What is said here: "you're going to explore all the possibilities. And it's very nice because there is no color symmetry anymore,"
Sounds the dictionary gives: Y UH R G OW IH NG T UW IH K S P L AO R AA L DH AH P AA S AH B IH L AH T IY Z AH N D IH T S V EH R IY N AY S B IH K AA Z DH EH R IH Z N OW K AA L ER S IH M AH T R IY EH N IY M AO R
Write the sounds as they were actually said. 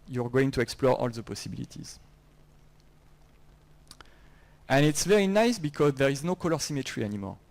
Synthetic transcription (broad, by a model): Y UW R G OW IH NG T UW IH K S P L AO R AA L DH AH P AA S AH B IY L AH T IY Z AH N IH T S V EH R IY N AY S B IH K AA Z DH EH R IH Z N OW K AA L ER S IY M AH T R IY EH N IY M AO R